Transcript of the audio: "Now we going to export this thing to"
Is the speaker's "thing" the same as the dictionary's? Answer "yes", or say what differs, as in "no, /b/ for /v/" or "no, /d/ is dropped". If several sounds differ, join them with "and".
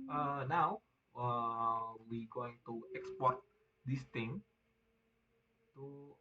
no, /t/ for /θ/